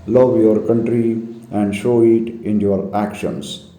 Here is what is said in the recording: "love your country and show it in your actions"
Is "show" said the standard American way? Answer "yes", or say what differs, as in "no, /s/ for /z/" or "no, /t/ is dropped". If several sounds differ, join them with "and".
yes